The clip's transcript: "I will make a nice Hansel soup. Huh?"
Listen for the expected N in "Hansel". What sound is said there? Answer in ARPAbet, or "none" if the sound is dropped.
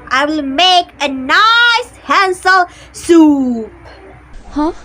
N